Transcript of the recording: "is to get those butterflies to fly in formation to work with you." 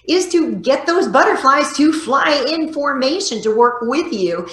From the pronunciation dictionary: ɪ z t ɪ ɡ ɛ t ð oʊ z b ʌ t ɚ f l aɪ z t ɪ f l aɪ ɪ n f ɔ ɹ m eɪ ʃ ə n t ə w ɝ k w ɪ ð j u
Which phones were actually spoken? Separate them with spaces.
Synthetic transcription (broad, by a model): ɪ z t ɪ ɡ ɛ t ð oʊ z b ʌ t ɚ f l aɪ z t ɪ f l aɪ ɪ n f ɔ ɹ m eɪ ʃ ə n t ə w ɝ k w ɪ ð j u